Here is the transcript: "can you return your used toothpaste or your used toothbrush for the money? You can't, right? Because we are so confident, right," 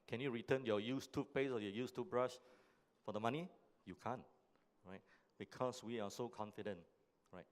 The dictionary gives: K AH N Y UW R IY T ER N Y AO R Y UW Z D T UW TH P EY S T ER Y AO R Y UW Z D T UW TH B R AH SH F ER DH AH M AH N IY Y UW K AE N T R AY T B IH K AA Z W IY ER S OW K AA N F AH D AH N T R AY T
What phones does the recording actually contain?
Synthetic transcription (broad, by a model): K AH N Y UW R IY T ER N Y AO Y UW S T UW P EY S AO Y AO Y UW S T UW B R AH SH F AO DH AH M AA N IY Y UW K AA N R AY T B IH K AA S W IY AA S OW K AA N F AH D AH N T R AY T